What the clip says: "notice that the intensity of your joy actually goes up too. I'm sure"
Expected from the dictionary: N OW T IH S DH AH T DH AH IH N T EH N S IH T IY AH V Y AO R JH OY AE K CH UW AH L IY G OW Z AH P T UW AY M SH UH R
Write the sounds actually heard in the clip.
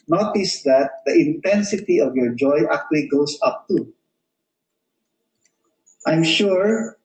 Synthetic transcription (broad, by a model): N OW T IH S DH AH T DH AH IH N T EH N S IH T IY AH V Y AO R JH OY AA K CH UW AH L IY G OW S AH P T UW AY M SH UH R